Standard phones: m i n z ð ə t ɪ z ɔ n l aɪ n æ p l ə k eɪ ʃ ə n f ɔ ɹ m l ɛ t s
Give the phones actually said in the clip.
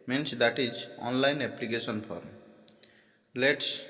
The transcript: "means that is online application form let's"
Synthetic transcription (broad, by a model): m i n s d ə t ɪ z ɔ n l aɪ n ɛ p l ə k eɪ s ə n p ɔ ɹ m l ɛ t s